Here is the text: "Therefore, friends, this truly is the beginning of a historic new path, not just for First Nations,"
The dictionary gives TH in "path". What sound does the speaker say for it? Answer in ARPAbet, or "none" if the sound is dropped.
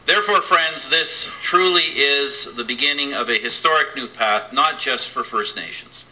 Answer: TH